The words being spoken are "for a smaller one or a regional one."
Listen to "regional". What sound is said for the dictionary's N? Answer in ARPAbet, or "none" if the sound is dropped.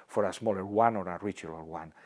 L